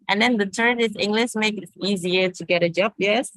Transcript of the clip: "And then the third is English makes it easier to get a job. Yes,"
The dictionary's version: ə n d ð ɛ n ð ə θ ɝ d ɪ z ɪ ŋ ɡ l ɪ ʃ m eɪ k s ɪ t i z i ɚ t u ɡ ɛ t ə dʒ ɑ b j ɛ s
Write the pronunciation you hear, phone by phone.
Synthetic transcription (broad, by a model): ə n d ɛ n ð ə t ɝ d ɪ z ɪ ŋ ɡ l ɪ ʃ m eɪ k ɪ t i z i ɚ t u ɡ ɛ t ə dʒ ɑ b j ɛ s